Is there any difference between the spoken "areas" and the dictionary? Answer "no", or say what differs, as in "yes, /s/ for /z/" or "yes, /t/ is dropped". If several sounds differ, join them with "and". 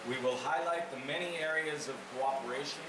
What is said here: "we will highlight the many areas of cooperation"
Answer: no